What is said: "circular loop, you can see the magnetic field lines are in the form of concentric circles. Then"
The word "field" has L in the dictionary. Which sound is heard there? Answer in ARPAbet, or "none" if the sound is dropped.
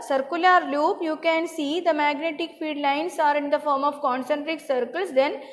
none